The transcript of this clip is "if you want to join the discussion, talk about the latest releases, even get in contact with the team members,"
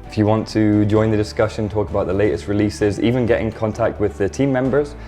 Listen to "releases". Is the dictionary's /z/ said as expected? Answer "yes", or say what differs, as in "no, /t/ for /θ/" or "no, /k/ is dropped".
yes